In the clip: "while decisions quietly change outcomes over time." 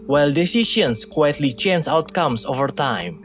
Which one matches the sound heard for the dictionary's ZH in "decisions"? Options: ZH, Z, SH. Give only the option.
SH